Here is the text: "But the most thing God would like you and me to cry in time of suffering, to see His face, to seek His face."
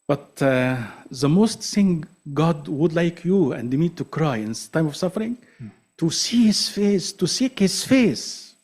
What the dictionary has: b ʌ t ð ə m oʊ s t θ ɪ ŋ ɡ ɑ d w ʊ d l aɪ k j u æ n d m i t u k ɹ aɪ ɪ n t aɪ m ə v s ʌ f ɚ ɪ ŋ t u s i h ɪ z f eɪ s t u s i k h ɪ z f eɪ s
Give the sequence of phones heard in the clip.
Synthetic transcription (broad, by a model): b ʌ t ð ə m oʊ s t s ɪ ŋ ɡ ɑ d w ʊ d l aɪ k j u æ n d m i t u k ɹ aɪ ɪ n t aɪ m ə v s ʌ f ɚ ɪ ŋ t u s i h ɪ z f eɪ s t u s i k h ɪ z f eɪ s